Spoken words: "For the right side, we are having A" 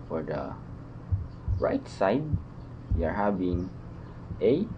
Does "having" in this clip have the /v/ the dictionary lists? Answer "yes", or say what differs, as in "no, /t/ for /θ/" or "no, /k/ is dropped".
no, /b/ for /v/